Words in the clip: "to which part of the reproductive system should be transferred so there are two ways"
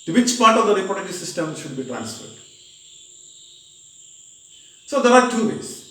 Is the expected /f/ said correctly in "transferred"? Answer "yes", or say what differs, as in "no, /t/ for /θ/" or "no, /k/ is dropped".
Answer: yes